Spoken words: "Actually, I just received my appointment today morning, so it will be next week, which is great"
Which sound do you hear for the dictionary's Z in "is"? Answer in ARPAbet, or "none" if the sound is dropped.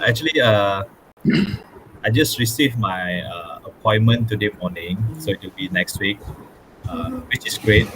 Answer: S